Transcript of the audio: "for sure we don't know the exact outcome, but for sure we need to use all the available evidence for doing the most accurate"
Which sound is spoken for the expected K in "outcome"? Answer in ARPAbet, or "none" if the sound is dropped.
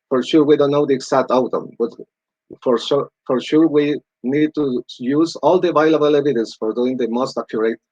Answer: none